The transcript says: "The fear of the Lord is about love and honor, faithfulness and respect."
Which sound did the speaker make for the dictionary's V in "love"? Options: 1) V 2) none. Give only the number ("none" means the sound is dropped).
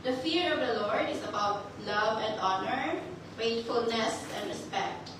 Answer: 1